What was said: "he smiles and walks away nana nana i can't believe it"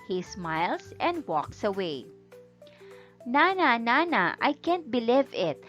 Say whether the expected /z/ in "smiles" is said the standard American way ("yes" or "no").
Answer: no